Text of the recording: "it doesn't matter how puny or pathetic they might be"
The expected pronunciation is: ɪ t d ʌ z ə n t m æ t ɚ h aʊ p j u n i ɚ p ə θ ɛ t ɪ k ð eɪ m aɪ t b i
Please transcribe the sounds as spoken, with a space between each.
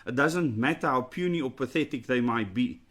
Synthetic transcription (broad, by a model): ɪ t d ʌ z ə n t m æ t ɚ h aʊ p j u n i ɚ p ə θ ɛ t ɪ k ð eɪ m aɪ t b i